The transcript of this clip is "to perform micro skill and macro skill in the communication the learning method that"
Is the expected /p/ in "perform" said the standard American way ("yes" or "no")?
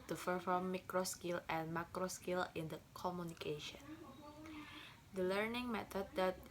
no